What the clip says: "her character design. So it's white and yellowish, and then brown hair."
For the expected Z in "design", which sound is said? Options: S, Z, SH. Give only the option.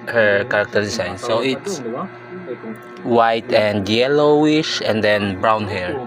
S